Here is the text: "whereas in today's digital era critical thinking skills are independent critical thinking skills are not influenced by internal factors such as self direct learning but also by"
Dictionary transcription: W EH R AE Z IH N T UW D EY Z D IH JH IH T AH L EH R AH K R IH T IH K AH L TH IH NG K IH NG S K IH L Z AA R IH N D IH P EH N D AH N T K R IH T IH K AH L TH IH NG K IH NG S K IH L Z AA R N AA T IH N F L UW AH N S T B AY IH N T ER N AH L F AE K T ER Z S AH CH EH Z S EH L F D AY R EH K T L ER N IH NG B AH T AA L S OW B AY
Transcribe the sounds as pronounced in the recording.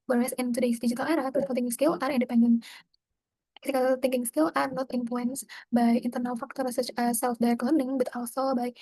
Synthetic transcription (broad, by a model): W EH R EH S IH N T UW D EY S D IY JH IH T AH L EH R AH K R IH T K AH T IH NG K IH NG S K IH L AA R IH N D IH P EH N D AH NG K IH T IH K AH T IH NG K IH NG S K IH L AA R N AA T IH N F L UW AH N S B AY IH N T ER N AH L F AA K T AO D S AH CH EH S EH L F D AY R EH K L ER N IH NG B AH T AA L S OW B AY